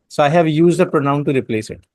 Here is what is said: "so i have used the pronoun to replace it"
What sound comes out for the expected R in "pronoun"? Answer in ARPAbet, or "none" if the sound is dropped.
R